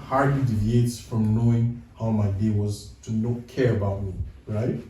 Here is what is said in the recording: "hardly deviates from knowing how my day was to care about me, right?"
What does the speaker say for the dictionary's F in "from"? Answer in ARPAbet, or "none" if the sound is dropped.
F